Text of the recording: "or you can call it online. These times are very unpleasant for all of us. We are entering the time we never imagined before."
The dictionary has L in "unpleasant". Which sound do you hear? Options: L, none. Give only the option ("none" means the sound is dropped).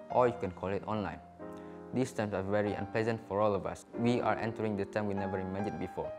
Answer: L